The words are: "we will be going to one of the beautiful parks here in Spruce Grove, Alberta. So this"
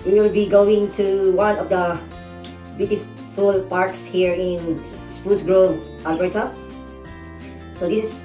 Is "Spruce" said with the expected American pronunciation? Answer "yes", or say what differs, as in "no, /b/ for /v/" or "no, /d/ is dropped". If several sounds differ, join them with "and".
no, /ɹ/ is dropped